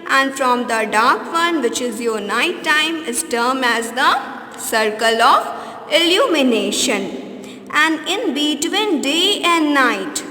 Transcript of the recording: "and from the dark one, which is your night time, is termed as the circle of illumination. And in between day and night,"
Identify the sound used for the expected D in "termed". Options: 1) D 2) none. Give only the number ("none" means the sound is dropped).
2